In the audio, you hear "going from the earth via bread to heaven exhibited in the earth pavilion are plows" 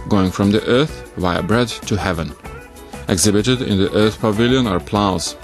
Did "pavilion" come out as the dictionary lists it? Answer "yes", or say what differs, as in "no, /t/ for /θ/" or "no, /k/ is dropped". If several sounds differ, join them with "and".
yes